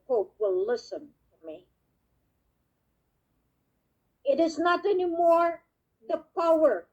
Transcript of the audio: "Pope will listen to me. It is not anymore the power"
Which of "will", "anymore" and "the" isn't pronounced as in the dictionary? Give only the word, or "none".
none